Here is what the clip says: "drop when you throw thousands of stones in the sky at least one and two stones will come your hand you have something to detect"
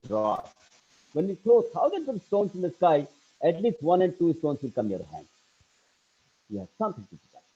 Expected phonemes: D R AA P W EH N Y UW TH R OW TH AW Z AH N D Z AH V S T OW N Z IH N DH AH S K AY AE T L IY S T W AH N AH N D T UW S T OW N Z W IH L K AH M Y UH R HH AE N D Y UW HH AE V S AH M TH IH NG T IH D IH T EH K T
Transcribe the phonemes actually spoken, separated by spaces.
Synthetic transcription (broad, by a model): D R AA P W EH N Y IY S OW T AW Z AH N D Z AH V S T OW N S IH N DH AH S K AY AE T L IY S T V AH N AH N D T UW S T OW N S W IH L K AH M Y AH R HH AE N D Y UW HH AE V S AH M T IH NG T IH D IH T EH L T